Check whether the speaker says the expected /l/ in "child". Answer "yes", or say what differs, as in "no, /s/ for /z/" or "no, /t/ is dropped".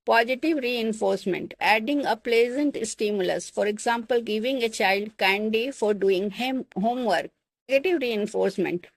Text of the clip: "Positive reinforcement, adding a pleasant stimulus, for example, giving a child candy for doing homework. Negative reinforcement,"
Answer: yes